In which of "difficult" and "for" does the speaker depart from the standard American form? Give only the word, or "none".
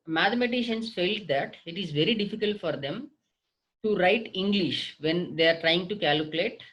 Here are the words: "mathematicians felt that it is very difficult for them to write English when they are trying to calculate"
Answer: none